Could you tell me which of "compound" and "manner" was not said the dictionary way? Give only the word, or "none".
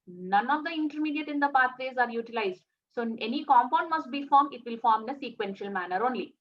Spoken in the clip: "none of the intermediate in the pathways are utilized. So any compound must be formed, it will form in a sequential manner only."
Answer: none